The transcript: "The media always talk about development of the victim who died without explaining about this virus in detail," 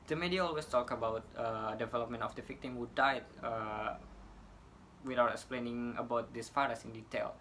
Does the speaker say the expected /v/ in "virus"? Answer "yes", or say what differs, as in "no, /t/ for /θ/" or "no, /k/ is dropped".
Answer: no, /f/ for /v/